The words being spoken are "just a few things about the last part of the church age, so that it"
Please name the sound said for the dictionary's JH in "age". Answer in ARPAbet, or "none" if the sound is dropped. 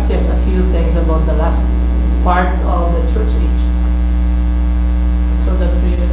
CH